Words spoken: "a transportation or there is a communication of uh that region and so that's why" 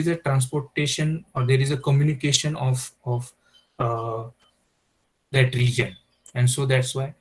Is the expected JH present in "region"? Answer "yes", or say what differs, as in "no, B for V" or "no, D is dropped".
yes